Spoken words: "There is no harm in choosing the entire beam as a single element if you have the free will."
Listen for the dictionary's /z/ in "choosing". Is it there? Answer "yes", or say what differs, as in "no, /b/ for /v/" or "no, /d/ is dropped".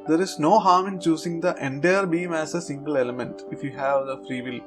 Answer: no, /s/ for /z/